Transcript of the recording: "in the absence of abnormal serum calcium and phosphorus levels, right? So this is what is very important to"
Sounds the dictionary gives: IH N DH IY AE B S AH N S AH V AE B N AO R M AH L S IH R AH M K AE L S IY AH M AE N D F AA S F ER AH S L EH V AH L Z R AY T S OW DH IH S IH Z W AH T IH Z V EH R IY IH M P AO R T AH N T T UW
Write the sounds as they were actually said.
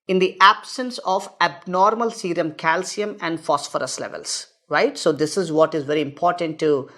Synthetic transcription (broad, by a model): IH N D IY AE B S AH N S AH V AE B N AO R M AH L S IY R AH M K AE L S IY AH M AE N D F AA S F ER AH S L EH V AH L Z R AY T S OW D IH S IH Z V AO T IH Z V EH R IY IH M P AO R T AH N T T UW